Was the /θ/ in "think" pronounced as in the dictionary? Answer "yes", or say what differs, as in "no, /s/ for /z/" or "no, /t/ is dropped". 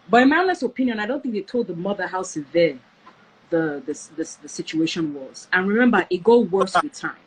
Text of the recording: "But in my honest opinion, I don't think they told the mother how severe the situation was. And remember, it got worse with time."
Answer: yes